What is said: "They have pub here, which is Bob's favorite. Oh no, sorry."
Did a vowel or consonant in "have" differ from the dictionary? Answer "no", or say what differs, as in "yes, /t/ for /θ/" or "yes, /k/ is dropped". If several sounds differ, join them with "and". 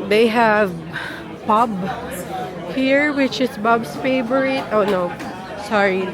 no